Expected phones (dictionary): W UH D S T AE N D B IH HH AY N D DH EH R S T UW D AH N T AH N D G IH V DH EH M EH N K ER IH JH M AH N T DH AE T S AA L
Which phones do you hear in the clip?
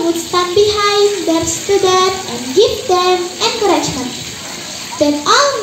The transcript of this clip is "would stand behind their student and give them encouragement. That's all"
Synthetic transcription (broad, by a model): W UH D S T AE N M B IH HH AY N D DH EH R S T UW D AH T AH N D G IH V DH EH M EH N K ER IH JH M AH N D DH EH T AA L